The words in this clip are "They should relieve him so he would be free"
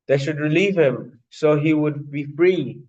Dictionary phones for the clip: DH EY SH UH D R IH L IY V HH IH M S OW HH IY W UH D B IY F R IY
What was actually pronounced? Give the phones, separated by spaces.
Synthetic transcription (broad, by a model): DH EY SH UH D R IH L IY V HH IH M S OW HH IY W UH D B IY F R IY